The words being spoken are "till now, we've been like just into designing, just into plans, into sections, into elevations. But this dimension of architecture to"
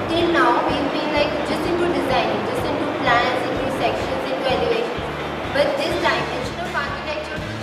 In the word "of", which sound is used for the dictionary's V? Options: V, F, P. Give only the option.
P